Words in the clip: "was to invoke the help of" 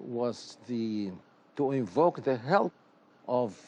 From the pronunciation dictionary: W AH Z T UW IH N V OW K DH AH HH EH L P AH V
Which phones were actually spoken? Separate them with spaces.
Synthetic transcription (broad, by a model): W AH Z T UW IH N V OW K DH AH HH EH L AH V